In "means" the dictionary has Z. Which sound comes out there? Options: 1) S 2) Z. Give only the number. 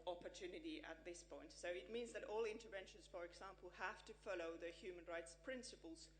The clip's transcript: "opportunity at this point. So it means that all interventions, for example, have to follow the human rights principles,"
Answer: 2